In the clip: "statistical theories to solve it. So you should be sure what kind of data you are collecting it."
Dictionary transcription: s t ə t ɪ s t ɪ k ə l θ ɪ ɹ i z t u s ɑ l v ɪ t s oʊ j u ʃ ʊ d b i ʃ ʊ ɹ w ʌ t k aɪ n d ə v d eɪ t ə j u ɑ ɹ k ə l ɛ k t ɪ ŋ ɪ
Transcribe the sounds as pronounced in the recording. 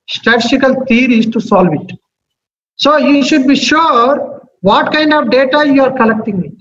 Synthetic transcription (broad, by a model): s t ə t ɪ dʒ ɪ k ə l t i ɹ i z t u s ɑ l v ɪ t s oʊ j u ʃ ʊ d b i ʃ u ɹ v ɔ t k aɪ n d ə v d eɪ t ə j u ɑ ɹ k ə l ɛ k t ɪ ŋ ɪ